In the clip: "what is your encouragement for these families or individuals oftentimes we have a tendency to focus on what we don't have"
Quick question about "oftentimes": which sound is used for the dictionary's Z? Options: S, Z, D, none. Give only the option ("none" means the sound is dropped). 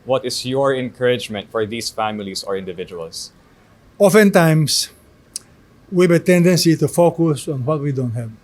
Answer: S